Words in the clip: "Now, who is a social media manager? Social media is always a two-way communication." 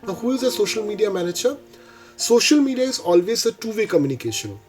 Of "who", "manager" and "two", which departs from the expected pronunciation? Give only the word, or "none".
manager